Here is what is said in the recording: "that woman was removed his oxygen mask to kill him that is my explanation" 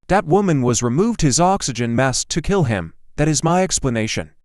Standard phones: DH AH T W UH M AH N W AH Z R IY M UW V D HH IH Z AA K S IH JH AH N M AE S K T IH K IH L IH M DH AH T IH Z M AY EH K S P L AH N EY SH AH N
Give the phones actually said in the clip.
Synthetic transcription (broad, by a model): DH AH T W UH M AH N W AH Z R IY M UW V D HH IH Z AA K S IH JH AH N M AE S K T IH K IH L IH M DH AH T IH Z M AY EH K S P L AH N EY SH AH N